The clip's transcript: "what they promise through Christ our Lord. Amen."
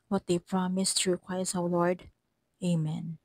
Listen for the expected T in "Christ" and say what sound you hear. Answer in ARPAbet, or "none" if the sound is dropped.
none